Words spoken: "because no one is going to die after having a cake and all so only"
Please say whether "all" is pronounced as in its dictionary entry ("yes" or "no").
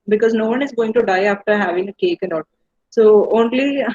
no